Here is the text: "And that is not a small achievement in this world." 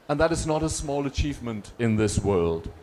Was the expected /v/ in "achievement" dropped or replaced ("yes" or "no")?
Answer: no